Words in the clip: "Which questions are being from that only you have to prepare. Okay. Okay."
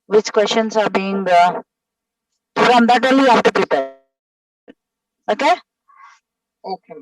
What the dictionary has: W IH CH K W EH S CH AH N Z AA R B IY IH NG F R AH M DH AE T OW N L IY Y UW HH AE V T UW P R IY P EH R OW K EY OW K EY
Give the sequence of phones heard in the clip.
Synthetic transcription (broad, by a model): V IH CH K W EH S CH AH N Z AA R B IY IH NG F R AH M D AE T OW L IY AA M T UW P IY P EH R OW K EY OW K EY